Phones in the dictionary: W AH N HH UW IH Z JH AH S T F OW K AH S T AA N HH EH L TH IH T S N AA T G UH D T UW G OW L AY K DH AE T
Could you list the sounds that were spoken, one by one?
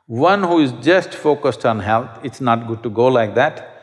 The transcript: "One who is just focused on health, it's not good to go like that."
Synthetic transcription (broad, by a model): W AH N HH UW IH Z JH AH S T F OW K AH S T AA N HH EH L T IH T S N AA T G UH D T UW G OW L AY K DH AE T